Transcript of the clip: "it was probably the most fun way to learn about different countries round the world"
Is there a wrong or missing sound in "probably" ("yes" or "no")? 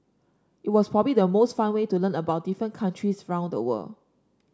no